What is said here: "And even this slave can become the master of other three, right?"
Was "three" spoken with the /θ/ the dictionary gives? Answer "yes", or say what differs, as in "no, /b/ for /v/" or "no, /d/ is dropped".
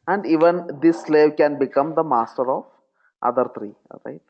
no, /t/ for /θ/